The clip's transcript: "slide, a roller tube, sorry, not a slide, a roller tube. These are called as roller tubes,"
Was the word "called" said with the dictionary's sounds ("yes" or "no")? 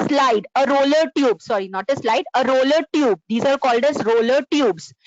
yes